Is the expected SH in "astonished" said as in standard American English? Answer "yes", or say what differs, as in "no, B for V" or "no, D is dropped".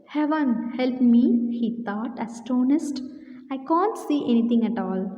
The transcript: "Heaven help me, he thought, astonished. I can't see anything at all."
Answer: no, S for SH